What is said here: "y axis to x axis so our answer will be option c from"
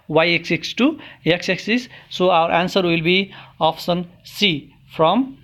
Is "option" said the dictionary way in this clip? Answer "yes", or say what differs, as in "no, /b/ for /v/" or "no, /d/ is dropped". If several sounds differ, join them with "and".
no, /s/ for /ʃ/